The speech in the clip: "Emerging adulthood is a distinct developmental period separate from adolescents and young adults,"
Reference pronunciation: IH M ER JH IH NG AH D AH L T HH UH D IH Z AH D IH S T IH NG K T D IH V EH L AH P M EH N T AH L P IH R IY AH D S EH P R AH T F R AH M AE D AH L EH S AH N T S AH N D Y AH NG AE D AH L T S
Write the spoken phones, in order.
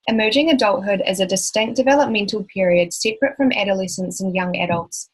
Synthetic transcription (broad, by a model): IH M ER JH IH NG AH D AH L T HH UH D IH Z AH D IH S T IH NG K D IH V EH L AH P M EH N T AH L P IH R IY AH D S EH P R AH T F R AH M AE D AH L EH S AH N T S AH N Y AH NG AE D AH L T S